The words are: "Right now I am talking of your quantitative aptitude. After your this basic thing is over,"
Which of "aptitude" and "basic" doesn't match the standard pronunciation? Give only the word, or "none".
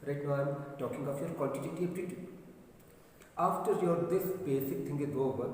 aptitude